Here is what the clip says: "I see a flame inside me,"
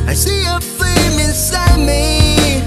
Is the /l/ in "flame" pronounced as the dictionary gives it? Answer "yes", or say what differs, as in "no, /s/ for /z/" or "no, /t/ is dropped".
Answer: no, /l/ is dropped